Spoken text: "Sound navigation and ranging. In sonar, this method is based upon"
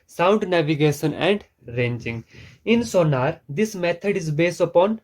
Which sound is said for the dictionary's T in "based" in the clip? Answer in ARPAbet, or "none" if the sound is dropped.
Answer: T